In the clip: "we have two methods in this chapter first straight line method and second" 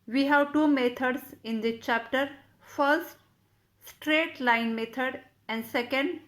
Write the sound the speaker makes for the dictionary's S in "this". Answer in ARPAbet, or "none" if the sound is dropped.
none